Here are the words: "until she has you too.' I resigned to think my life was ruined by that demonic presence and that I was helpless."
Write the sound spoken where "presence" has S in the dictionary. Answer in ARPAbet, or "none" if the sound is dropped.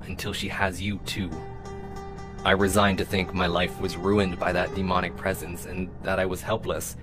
S